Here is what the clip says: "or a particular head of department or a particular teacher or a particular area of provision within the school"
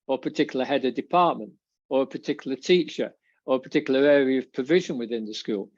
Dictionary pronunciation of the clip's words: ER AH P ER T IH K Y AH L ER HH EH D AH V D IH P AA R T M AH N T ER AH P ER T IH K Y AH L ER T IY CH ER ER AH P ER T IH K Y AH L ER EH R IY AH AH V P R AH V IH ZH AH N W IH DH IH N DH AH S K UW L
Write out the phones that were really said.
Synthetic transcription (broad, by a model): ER AH P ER T IH K Y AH L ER HH EH D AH D IH P AA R T M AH N T ER AH P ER T IH K Y L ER T IY CH ER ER AH P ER T IH K Y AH L ER EH R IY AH AH V P R AH V IH ZH AH N W IH DH IH N DH AH S K UW L